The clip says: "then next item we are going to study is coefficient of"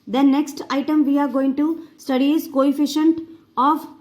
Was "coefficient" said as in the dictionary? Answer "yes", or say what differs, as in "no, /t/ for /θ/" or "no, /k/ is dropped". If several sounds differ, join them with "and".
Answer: yes